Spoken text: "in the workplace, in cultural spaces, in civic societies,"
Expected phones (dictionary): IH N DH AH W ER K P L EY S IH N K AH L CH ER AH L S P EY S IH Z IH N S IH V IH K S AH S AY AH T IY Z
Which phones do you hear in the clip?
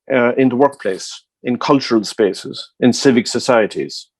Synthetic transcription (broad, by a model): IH N DH AH W ER K P L EY S IH N K AH L CH ER AH L S P EY S IH Z IH N S IH V IH K S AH S AY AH T IY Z